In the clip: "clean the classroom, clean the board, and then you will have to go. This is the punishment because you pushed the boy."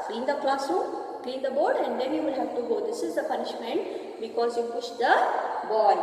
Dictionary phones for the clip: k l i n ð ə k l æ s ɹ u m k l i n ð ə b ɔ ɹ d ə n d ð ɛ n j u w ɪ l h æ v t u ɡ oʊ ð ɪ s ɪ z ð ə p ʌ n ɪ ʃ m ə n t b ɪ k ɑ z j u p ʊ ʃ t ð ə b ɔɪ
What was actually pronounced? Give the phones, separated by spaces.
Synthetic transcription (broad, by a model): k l i n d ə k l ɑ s u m k l i n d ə b ɔ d ə n d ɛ n j u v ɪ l h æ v t u ɡ oʊ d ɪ s ɪ z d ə p ʌ n ɪ ʃ m ə n t b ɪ k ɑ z j u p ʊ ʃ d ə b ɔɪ